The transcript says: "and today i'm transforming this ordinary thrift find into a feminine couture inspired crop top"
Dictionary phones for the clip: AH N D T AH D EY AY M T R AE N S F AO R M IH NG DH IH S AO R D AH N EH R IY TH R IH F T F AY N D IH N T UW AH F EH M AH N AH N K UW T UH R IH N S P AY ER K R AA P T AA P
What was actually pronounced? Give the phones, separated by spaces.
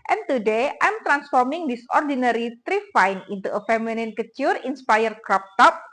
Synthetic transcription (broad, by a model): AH N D T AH D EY AY M T R AE N S F AO R M IH NG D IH S AO R D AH N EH R IY T R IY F F AY N IH N T UW AH F EH M AH N AH N K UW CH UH R IH N S P AY ER K R AA P T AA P